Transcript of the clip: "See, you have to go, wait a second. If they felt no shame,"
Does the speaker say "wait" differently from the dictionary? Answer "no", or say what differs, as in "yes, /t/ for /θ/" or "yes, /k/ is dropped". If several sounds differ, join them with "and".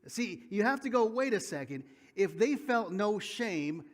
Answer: no